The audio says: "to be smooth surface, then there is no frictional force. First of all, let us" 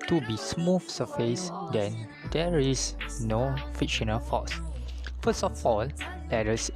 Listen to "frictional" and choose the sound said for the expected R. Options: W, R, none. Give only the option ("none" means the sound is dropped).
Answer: none